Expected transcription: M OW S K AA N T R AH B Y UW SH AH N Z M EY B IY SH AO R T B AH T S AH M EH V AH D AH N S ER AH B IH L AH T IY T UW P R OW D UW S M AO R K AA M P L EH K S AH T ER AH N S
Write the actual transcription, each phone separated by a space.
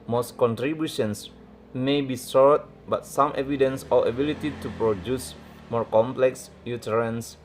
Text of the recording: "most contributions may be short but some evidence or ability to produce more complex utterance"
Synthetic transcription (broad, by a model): M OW S K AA N T R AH B Y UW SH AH N S M EY B IY S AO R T B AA T S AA M EH V AH D AH N S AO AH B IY L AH T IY T UW P R OW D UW S M AO R K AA M P L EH K S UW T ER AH N S